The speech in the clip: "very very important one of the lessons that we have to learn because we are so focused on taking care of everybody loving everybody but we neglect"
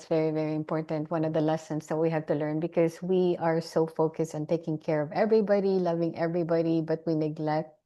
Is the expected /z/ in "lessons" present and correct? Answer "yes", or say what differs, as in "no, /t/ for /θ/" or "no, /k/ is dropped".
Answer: no, /s/ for /z/